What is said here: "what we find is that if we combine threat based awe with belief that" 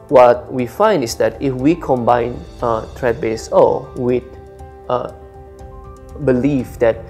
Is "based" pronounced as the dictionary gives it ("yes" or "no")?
no